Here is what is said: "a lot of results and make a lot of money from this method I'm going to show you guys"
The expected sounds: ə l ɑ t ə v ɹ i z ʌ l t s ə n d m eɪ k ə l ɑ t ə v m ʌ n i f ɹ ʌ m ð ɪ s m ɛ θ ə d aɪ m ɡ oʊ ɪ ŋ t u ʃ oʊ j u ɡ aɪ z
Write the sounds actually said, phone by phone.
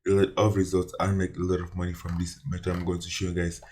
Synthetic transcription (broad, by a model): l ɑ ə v ɹ i z ʌ l t s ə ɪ m eɪ k ə l ɑ t ə v m ʌ n i f ɹ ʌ m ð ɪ s m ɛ t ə aɪ m ɡ oʊ ɪ ŋ t u ʃ oʊ j u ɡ aɪ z